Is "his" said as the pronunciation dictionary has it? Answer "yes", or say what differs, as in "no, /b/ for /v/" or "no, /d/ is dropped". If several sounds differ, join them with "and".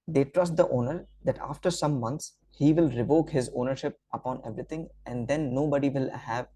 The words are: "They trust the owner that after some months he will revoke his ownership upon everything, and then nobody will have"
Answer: yes